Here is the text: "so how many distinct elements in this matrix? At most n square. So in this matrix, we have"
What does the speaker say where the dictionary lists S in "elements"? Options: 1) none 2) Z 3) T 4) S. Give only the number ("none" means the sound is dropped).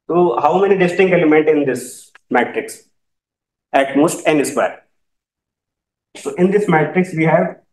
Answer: 1